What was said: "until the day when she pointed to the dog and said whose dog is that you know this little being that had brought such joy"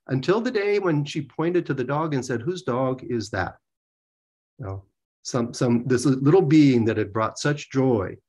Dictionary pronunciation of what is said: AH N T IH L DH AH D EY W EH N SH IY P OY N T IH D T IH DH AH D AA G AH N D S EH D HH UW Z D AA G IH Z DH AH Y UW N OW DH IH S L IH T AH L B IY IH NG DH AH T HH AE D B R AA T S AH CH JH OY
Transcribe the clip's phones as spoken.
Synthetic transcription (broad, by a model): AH N T IH L DH AH D EY W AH N SH IY P OY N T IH D T IH DH AH D AA G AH N S EH D HH UW Z D AA G IH Z DH AH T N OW DH IH S L IH T L B IY IH NG DH AH T HH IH D B R AA T S AH CH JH OY